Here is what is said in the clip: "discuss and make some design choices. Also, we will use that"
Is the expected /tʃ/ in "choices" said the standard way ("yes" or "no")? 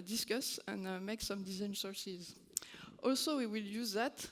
no